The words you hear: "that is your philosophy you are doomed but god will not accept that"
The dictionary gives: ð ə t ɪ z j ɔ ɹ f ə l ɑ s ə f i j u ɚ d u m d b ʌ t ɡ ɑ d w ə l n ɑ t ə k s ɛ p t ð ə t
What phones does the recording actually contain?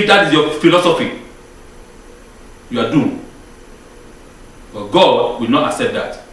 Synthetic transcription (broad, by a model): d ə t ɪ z j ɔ f ə l ɑ s ə f i j u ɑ d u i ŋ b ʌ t ɡ ɑ d w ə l n ɑ t ə k s ɛ p t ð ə t